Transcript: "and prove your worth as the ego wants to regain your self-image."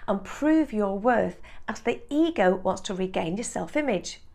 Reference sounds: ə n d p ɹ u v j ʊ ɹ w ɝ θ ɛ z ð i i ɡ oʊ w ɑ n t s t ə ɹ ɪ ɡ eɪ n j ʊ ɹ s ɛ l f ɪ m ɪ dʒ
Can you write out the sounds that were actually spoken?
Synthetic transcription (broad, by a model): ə n p ɹ u v j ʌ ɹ w ɝ θ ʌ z ð i i ɡ oʊ w ɑ n t s t ə ɹ ɪ ɡ eɪ n j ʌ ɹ s ɛ l f ɪ m ɪ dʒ